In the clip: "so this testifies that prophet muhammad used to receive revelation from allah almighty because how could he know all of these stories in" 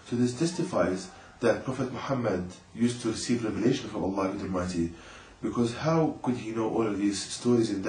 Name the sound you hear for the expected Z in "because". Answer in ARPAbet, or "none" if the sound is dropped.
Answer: Z